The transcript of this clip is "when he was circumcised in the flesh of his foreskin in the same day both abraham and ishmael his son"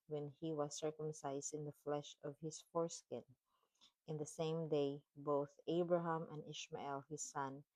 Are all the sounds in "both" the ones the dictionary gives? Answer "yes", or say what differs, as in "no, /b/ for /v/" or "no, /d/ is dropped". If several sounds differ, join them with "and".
yes